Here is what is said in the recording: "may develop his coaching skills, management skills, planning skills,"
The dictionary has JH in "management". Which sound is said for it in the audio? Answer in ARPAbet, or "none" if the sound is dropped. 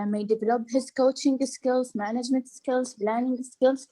JH